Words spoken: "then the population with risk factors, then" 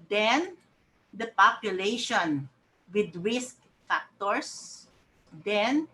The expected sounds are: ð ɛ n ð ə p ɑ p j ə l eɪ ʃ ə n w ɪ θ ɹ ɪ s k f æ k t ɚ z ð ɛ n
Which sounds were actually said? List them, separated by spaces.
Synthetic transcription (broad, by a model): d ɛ n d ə p ɑ p j ə l eɪ ʃ ə n w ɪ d ɹ ɪ s k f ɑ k t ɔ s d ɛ n